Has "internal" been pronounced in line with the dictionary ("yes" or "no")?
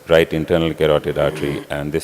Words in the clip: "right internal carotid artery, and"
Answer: yes